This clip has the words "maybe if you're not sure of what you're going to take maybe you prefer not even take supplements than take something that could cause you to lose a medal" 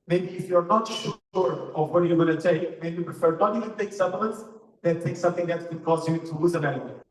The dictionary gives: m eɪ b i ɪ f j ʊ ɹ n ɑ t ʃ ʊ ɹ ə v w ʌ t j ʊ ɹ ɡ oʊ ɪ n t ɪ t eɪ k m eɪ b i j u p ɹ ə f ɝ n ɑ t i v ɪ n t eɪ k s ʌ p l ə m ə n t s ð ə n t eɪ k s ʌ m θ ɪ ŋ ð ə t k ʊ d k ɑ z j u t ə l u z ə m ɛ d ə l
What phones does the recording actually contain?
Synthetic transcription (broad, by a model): m eɪ b i ɪ f j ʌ ɹ n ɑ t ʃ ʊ ɹ ə v w ʌ t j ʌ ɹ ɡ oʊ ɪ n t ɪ t eɪ k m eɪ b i p ɹ ə f ɝ n ɑ t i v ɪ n t eɪ k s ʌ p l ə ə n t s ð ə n t eɪ k s ʌ m θ ɪ ŋ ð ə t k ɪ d k ɑ z j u t ə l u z ə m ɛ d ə